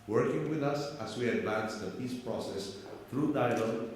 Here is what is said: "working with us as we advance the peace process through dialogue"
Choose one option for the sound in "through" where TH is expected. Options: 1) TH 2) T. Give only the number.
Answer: 2